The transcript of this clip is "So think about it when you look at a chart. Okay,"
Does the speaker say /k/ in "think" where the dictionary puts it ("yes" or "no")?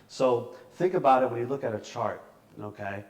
yes